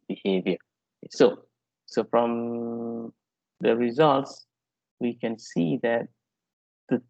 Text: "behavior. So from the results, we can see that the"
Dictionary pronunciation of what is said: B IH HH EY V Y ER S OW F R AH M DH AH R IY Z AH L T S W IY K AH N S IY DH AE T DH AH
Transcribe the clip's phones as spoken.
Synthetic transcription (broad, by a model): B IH HH EY V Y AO S OW F R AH M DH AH R IY Z AH L T S W IY K AH N S IY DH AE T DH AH